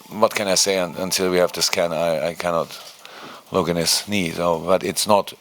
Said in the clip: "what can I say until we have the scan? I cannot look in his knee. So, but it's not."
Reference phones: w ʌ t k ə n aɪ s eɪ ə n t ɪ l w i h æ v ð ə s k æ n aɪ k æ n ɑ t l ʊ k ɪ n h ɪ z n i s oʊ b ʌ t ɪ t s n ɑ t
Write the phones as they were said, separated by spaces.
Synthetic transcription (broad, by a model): w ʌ t k ə n aɪ s eɪ ə n t ɪ l w i h æ v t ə s k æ n aɪ k æ n ɑ t l ʊ k ɪ n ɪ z n i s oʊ b ʌ t ɪ t s n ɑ t